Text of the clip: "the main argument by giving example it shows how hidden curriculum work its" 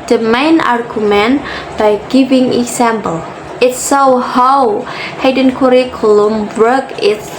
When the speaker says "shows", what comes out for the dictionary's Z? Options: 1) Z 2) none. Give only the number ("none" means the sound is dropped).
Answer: 2